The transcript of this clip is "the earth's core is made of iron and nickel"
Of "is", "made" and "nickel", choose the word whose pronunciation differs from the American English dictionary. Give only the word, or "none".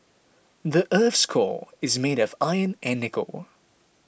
none